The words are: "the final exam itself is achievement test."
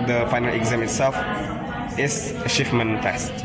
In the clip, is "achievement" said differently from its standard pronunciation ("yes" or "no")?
yes